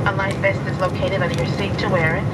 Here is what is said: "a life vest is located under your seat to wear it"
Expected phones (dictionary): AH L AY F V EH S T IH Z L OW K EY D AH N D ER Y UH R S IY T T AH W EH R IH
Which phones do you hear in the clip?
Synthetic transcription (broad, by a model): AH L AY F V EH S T IH Z L OW K EY D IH D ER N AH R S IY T T AH W EH R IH